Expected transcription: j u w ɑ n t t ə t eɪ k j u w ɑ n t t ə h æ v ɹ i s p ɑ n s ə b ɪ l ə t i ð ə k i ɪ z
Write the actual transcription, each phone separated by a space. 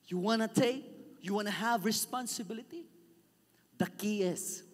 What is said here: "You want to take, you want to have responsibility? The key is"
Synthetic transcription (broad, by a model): j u w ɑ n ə t eɪ k j u w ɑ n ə h æ v ɹ i s p ɑ n s ə b ɪ l ə t i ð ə k i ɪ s